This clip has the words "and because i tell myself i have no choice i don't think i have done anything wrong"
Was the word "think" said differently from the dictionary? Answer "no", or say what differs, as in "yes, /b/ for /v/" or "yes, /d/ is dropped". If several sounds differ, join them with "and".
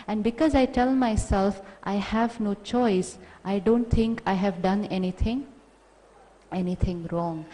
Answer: yes, /t/ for /θ/